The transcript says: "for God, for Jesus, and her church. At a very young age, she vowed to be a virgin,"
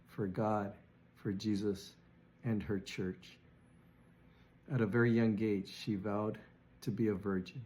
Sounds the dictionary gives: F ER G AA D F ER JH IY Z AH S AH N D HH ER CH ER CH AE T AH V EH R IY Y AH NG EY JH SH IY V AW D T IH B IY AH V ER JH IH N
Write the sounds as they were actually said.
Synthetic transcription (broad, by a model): F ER G AA D F ER JH IY Z AH S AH N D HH ER CH ER CH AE T AH V EH R IY Y AH NG EY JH SH IY V AW D T IH B IY AH V ER JH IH N